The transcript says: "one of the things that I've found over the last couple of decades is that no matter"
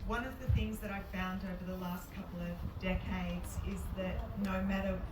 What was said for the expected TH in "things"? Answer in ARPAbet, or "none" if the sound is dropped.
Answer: TH